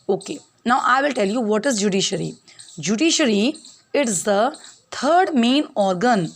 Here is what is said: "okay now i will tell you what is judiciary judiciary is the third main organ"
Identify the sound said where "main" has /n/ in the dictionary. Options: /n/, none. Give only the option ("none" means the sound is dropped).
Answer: /n/